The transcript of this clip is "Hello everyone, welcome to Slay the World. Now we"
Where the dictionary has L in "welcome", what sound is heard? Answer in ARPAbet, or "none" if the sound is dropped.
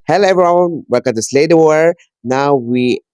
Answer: none